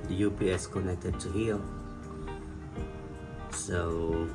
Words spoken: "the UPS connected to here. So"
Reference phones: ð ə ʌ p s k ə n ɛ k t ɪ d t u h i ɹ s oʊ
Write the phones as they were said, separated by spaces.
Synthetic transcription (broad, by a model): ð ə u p s k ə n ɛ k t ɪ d t u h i l s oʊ